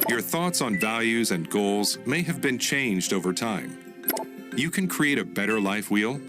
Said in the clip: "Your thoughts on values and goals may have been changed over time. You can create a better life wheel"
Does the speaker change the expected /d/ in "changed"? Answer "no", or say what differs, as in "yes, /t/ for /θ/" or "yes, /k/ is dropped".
no